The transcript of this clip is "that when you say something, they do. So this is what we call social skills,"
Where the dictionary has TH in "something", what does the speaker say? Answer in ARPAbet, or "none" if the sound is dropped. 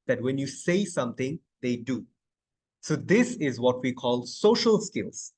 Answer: T